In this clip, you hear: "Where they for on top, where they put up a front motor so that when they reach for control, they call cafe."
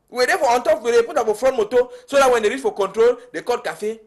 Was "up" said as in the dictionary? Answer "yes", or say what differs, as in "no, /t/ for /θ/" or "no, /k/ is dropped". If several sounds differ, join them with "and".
no, /f/ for /p/